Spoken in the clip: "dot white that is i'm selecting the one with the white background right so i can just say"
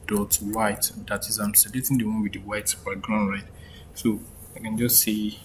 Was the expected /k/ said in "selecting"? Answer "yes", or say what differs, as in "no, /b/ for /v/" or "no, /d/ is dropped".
no, /k/ is dropped